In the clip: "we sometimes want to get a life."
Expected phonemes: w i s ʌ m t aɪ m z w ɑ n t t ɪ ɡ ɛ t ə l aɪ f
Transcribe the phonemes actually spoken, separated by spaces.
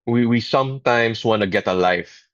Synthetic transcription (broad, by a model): w i s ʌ m t aɪ m s w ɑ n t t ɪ ɡ ɛ t ə l aɪ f